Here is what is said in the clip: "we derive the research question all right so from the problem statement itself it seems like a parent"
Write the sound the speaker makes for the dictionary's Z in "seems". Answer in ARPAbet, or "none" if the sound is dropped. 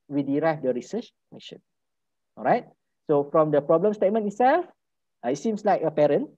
S